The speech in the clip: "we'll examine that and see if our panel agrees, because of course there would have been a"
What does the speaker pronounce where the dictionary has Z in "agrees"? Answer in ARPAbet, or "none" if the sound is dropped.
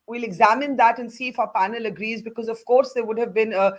Z